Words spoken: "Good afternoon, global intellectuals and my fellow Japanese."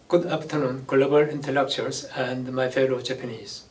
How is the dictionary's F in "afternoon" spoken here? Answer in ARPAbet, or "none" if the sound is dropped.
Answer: P